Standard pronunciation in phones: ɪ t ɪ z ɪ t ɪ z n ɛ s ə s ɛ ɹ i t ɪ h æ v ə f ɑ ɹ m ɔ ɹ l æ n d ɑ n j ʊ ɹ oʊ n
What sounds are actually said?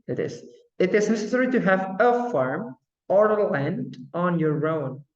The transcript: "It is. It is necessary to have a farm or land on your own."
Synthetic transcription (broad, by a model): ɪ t ɪ z ɪ t ɪ z n ɛ s ə s ɛ ɹ i t ɪ h æ v ə f ɑ ɹ m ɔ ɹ l æ n d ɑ n j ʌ ɹ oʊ n